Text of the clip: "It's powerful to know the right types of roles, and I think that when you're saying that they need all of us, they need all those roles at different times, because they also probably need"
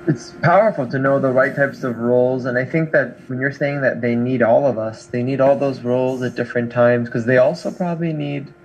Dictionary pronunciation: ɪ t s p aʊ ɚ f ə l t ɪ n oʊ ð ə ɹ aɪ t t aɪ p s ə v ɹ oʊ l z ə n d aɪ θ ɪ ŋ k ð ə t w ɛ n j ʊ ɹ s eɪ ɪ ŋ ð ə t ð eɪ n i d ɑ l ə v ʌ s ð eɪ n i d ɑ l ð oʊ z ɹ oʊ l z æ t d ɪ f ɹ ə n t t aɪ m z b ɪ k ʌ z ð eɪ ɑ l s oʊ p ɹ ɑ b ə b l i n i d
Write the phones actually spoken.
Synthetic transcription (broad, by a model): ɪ t s p aʊ ɚ f l t ɪ n oʊ ð ə ɹ aɪ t t aɪ p s ə v ɹ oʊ l z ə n aɪ θ ɪ ŋ k ð ə t w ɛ n j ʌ ɹ s eɪ ɪ ŋ ð ə t ð eɪ n i d ɑ l ə v ʌ s ð eɪ n i d ɑ l ð oʊ z ɹ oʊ l z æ t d ɪ f ɹ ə n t t aɪ m z k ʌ z ð eɪ ɑ l s oʊ p ɹ ɑ b ə b l i n i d